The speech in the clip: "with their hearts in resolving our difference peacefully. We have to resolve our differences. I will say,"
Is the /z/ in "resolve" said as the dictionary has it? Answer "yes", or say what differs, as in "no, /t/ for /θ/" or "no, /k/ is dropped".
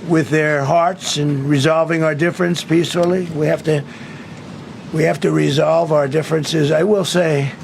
yes